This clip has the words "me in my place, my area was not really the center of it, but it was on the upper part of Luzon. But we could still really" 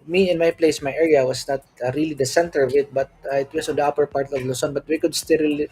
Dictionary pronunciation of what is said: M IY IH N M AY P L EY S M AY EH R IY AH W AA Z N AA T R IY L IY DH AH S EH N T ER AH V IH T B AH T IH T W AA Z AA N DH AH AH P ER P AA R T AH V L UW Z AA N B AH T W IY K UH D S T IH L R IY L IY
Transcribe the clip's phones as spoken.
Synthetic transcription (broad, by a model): M IY IH N M AY P L EY S M AY EH R IY AH W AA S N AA T R IY L IY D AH S EH N T ER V IH T B AH T IH T W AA S AA N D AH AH P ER P AA R T AH V L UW S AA N B AH T W IY K UH D S T IH L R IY L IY